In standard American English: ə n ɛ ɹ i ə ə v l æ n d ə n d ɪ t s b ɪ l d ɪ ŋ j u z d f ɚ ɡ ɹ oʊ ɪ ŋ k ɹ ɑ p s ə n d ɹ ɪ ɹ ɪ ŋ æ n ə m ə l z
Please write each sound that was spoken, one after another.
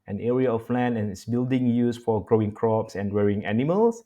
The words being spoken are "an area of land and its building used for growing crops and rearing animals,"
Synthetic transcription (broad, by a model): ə n ɛ ɹ i ə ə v l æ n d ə n ɪ t s b ɪ l d ɪ ŋ j u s f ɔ ɡ ɹ oʊ ɪ ŋ k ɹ ɑ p s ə n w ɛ ɹ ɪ ŋ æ n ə m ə l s